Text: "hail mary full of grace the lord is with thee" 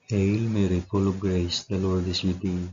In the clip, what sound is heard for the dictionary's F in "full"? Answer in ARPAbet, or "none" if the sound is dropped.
P